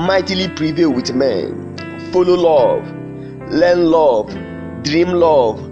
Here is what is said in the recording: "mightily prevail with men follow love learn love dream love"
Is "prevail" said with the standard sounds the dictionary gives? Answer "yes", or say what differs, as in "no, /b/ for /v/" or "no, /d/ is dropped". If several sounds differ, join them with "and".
yes